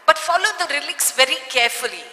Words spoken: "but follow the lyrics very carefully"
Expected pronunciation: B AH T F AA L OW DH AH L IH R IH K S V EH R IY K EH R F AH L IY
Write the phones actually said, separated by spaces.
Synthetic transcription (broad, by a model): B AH T F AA L OW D AH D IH L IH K S V EH R IY K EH R F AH L IY